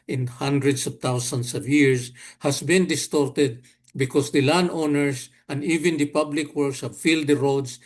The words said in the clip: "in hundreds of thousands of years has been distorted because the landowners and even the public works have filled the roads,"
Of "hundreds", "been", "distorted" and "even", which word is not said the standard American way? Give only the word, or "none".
hundreds